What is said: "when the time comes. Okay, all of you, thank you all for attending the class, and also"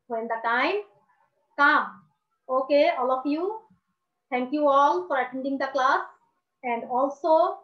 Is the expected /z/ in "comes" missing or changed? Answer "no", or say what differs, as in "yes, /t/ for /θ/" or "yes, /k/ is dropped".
yes, /z/ is dropped